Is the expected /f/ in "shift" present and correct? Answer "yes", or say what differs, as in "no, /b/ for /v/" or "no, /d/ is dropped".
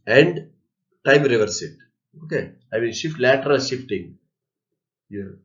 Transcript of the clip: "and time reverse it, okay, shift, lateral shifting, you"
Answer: yes